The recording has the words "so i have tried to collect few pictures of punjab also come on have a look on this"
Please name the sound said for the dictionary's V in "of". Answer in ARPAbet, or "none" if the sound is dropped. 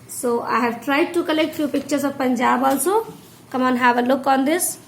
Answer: B